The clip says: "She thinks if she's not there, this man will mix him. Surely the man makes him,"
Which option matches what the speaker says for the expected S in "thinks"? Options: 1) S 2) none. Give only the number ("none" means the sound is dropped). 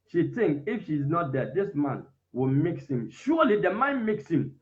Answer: 2